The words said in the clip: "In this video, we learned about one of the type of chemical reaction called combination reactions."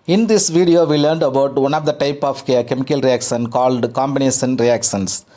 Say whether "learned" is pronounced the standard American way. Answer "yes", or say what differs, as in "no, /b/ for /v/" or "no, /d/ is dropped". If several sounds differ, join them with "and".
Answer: yes